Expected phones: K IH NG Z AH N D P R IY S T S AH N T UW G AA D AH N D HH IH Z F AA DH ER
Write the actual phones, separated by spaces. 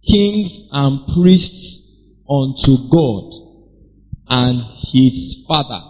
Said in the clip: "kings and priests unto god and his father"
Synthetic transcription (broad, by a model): K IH NG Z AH N P R IY S T S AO N T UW G AA D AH N HH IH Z F AA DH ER